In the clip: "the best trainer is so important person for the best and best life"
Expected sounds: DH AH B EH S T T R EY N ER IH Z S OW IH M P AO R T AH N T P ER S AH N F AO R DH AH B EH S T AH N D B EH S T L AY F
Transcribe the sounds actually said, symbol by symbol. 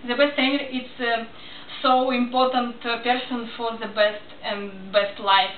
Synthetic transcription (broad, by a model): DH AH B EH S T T EY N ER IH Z S OW IH M P AO R T AH N T P ER S AH N F AO R DH AH B EH S T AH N B EH S T L AY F